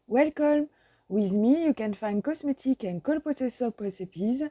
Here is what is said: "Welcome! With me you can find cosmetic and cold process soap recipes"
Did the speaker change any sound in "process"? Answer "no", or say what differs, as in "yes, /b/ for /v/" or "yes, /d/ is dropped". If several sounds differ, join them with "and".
yes, /ɹ/ is dropped